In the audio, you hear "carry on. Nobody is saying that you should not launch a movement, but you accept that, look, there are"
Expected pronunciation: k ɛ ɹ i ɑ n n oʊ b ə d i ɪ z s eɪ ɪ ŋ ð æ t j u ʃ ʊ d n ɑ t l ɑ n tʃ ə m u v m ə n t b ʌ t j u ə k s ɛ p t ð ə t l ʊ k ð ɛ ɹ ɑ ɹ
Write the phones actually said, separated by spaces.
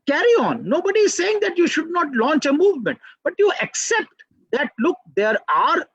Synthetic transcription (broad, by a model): k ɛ ɹ i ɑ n n oʊ b ə d i ɪ z s eɪ ɪ ŋ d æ t j u ʃ ʊ d n ɑ t l ɑ n tʃ ə m u v m ə n t b ʌ t j u ə k s ɛ p t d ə t l ʊ k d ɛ ɹ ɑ ɹ